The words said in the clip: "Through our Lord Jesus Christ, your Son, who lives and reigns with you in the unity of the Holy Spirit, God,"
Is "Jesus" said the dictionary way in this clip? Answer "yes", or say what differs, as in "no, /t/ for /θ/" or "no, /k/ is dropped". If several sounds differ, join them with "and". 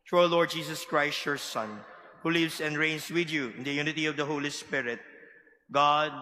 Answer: no, /s/ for /z/